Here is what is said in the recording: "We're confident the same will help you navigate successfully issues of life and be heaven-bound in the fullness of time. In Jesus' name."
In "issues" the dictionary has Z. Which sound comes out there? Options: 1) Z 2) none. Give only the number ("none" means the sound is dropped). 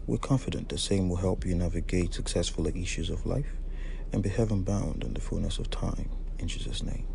1